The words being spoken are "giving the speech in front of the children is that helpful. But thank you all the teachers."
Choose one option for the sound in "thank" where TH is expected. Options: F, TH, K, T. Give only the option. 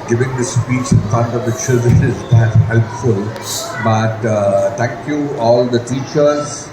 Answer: T